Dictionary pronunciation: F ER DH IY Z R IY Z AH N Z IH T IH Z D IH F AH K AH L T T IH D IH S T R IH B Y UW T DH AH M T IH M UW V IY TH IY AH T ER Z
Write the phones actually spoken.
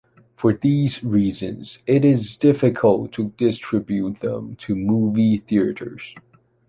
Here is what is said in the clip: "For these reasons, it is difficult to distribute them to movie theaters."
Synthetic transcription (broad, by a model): F ER DH IY Z R IY Z AH N Z IH T IH Z D IH F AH K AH L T T IH D IH S T R IH B Y UW T DH AH M T IH M UW V IY TH IY AH T ER Z